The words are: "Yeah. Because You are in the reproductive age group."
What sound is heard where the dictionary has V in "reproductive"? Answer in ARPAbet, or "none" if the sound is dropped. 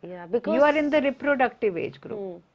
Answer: V